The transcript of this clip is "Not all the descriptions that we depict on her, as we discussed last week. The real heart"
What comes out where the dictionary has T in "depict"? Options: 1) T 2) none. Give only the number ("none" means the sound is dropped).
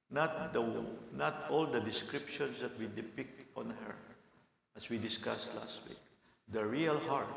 1